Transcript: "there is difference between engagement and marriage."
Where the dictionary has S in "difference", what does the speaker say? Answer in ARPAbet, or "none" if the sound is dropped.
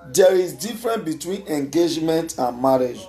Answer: none